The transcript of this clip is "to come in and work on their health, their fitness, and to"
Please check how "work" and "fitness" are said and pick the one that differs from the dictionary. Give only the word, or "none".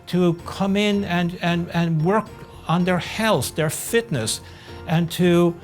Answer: none